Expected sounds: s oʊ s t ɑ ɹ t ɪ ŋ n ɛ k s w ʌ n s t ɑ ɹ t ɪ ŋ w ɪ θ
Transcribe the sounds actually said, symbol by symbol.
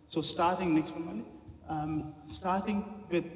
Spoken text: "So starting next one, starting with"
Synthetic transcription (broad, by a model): s oʊ s t ɑ ɹ t ɪ ŋ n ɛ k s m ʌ l s t ɑ ɹ t ɪ ŋ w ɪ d